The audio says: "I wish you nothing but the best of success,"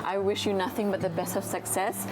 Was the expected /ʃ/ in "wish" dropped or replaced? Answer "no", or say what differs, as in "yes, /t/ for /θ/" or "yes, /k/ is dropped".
no